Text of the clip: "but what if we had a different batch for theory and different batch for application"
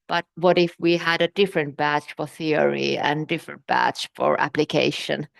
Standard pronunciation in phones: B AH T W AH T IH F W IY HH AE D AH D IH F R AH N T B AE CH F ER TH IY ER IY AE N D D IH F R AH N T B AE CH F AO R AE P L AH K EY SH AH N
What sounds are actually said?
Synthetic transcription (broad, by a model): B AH T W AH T IH F W IY HH AE D AH D IH F R AH N T B AE CH F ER TH IY ER IY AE N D D IH F R AH N T B AE CH F AO R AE P L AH K EY SH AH N